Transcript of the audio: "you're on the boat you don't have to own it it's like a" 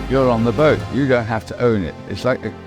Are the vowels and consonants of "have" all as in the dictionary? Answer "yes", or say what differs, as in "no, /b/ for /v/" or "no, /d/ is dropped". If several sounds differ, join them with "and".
no, /f/ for /v/